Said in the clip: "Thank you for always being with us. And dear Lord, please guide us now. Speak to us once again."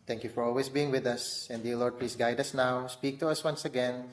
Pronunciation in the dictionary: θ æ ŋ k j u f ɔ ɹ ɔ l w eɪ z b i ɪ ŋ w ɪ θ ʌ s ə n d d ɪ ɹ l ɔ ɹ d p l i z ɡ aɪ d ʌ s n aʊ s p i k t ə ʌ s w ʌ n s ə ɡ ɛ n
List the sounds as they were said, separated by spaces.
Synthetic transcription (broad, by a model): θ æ ŋ k j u f ɔ ɹ ɔ l w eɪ s b i ɪ ŋ w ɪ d ʌ s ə n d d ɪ l ɔ ɹ d p l i s ɡ aɪ d ʌ s n aʊ s p i k t ə ʌ s w ʌ n s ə ɡ ɛ n